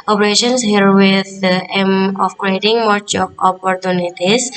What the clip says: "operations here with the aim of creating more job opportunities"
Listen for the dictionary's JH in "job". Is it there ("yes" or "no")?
no